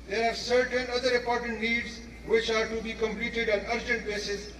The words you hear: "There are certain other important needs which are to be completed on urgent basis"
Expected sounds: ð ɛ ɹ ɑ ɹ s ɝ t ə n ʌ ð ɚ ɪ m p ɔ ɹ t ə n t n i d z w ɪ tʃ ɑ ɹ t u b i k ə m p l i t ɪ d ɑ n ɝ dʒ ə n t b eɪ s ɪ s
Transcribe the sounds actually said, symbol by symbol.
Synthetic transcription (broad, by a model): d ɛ ɹ ɑ ɹ s ɝ t ə n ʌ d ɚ ɪ m p ɔ ɹ t ə n t n i d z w ɪ tʃ ɑ ɹ t u b i k ə m p l i t ɪ d ɑ n ɝ dʒ ə n t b eɪ s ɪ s